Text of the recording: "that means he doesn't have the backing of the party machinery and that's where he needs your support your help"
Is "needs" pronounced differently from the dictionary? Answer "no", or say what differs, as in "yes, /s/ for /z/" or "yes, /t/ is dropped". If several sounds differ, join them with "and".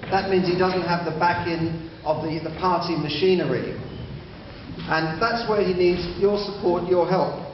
no